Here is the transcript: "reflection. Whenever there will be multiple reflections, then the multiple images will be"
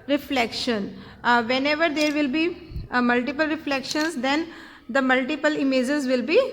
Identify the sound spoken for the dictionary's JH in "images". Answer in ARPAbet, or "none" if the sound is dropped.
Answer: JH